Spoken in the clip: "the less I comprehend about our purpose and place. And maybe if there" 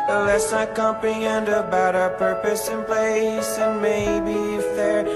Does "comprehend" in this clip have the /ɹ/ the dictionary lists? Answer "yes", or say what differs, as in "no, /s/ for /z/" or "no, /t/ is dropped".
no, /ɹ/ is dropped